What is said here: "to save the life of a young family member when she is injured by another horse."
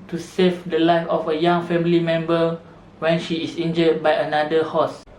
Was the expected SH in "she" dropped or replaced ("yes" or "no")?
no